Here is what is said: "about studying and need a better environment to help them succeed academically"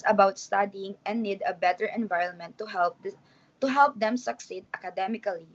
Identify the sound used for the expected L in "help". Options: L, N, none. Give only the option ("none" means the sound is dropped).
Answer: L